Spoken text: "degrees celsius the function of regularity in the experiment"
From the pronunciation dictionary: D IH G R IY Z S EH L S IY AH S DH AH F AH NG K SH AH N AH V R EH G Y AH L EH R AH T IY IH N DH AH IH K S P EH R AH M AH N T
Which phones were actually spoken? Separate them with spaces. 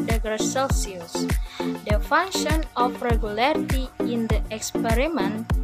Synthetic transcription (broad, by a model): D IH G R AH S EH L S IY AH S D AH F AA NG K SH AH N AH F R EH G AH L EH R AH T IY IH N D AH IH K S P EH R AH M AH N